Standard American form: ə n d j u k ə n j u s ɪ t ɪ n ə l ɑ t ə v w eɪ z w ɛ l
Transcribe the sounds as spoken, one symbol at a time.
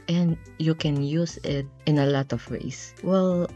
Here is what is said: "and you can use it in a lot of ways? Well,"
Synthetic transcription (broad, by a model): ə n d j u k ə n j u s ɪ t ɪ n ə l ɑ t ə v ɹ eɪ s w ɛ l